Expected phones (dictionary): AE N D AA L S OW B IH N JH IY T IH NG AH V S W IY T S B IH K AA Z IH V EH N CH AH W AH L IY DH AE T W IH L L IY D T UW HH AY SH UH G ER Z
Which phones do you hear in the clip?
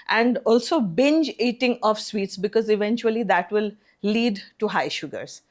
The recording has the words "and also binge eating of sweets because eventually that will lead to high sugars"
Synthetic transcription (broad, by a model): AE N D AA L S OW B IH N JH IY T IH NG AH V S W IY T S B IH K AA Z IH V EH N CH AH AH L IY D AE T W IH L L IY D T UW HH AY SH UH G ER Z